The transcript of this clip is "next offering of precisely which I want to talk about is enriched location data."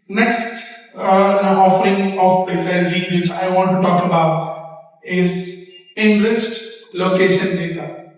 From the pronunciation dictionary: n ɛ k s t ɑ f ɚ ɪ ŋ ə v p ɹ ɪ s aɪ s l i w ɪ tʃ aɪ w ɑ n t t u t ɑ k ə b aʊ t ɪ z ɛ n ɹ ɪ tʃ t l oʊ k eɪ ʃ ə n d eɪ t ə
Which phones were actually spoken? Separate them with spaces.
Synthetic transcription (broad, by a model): n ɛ k s t ɑ f ɚ ɪ ŋ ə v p ɪ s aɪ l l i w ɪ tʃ aɪ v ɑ n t t u t ɑ k ə b aʊ t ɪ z ɛ n ɹ ɪ tʃ t l oʊ k eɪ ʃ ə n d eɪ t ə